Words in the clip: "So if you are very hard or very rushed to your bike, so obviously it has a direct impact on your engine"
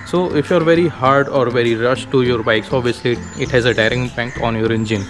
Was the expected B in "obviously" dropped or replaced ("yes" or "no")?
yes